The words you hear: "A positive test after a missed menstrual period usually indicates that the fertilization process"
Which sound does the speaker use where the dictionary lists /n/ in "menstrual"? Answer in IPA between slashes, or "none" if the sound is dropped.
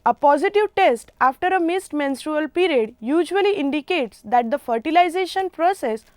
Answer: /n/